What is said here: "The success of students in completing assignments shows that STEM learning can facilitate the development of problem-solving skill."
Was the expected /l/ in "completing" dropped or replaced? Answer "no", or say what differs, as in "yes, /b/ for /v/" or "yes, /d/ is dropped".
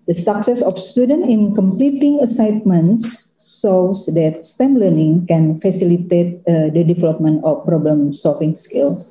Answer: no